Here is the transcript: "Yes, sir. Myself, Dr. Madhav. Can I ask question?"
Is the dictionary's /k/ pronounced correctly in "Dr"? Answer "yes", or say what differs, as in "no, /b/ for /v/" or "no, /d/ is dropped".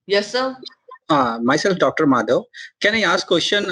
yes